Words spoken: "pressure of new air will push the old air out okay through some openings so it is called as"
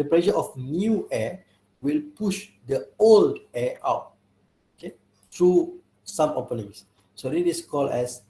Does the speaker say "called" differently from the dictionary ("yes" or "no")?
yes